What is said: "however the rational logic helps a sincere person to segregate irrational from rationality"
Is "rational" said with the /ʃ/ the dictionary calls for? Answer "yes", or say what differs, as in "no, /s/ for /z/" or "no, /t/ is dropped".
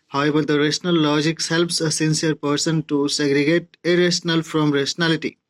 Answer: no, /s/ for /ʃ/